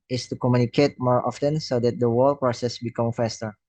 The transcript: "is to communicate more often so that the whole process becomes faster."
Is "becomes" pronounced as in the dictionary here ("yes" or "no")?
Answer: no